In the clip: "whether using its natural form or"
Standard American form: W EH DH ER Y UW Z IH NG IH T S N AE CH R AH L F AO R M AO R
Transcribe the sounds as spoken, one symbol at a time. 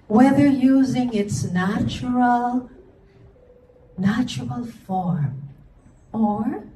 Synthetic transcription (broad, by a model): W EH DH ER Y UW Z IH NG IH T S N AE CH R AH L F AO R M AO R